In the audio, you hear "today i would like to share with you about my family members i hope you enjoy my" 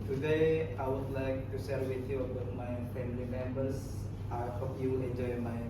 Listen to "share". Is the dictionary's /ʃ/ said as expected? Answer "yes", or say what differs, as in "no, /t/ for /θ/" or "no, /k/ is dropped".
no, /s/ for /ʃ/